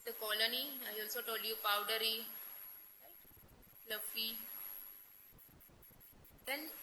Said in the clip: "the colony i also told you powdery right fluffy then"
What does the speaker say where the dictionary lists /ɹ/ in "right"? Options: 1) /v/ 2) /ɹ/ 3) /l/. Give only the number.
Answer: 3